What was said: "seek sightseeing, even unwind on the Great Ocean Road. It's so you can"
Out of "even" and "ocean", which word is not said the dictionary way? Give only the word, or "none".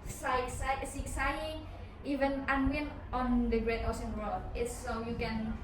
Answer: ocean